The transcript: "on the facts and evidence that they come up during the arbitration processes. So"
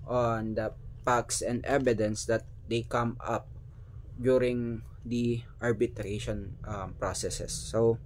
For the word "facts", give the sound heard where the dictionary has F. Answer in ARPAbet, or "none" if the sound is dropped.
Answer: P